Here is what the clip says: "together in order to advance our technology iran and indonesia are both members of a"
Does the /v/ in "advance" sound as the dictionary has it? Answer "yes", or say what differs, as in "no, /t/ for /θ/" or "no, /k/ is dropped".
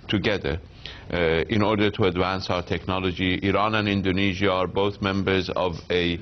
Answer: yes